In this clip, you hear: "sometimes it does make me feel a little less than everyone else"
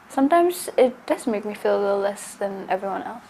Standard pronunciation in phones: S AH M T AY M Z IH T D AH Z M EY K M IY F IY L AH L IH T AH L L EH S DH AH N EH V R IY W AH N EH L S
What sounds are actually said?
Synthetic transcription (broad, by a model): S AH M T AY M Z IH T D AH Z M EY K M IY F IY L AH L IH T L L EH S DH AH N EH V R IY W AH N EH L S